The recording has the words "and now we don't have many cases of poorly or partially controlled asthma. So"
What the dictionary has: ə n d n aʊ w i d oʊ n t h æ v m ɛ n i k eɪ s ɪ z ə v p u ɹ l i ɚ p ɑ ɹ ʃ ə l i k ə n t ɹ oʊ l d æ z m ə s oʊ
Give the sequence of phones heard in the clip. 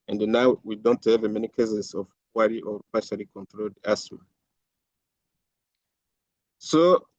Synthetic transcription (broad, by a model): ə n d n aʊ w i d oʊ n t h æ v m ɛ n i k eɪ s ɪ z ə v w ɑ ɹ i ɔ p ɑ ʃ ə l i k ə n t ɹ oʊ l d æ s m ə s oʊ